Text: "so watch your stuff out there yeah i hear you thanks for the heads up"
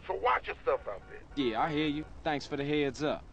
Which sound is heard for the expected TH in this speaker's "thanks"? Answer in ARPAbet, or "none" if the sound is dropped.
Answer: TH